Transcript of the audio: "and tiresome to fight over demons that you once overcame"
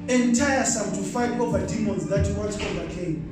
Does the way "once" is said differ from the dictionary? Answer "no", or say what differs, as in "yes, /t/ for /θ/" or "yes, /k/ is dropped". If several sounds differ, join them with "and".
yes, /l/ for /n/